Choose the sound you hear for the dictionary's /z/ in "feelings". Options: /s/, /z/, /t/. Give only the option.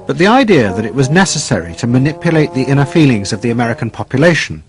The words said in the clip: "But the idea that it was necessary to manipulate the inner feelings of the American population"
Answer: /z/